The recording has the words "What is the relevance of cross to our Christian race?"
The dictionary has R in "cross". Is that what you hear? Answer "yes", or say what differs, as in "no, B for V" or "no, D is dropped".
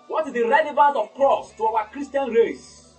yes